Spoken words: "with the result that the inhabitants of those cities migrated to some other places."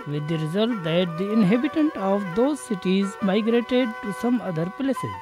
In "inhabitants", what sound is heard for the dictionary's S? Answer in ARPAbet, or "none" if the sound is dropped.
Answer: none